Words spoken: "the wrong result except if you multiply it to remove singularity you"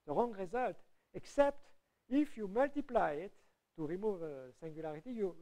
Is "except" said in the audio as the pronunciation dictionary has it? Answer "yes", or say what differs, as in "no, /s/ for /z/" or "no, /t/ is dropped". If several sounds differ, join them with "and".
yes